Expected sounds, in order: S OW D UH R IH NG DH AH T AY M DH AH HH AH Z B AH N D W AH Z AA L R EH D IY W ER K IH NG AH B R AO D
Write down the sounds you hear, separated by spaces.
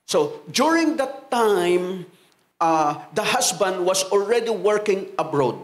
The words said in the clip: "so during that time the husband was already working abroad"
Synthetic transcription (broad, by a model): S OW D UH R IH NG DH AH T AY M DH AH HH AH S B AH N D W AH S AA L R EH D IY W ER K IH NG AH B R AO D